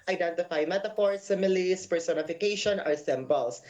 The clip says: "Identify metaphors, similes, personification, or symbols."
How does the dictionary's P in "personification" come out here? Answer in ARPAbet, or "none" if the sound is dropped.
P